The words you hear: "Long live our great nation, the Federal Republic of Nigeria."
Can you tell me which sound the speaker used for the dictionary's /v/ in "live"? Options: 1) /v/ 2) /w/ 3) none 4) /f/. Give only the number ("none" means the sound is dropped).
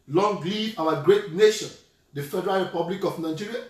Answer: 3